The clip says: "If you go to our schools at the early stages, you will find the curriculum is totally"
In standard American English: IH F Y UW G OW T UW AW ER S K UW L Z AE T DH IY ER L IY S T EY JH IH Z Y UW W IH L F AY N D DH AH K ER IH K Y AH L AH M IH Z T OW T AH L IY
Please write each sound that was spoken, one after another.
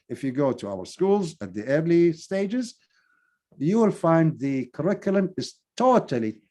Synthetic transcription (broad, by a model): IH F Y UW G OW T UW AW ER S K UW L Z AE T DH IY ER L IY S T EY JH IH Z Y UW W IH L F AY N D DH AH K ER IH K Y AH L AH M IH Z T OW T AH L IY